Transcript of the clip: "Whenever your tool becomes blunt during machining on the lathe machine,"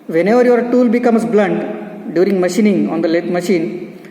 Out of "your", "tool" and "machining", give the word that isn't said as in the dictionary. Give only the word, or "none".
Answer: none